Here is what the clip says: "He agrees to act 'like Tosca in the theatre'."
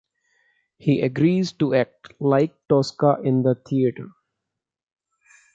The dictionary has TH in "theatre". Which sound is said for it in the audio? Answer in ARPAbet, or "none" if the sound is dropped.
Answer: T